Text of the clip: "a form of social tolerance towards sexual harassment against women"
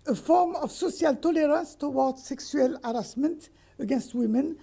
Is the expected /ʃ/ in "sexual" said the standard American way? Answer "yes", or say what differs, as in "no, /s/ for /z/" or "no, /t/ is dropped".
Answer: no, /s/ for /ʃ/